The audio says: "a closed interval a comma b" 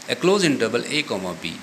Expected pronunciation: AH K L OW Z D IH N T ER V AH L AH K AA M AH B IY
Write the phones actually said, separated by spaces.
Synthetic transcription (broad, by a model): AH K L OW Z IH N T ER B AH L AH K AA M AH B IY